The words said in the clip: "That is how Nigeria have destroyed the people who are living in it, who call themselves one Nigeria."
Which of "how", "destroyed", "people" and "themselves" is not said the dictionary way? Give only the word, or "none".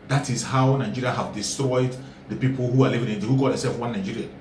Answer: themselves